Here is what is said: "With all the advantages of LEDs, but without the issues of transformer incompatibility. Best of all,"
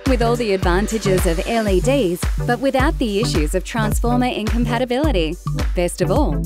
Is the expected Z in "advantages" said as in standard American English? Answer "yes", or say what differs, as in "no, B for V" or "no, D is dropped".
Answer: yes